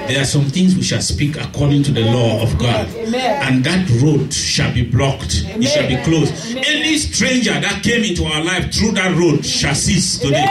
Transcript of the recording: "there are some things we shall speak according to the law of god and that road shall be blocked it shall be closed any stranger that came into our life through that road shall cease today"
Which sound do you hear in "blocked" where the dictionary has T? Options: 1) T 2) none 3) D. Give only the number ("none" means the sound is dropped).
1